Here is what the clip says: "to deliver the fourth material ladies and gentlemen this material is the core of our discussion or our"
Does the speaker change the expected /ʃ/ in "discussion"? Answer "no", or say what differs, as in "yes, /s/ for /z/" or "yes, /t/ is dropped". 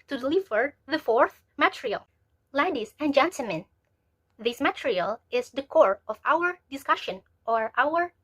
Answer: no